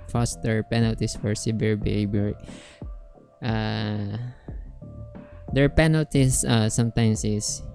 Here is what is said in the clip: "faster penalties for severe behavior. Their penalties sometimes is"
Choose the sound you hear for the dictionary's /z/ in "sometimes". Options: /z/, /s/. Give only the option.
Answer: /s/